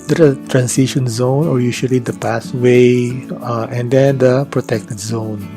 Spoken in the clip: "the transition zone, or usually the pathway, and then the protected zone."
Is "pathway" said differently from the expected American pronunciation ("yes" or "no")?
yes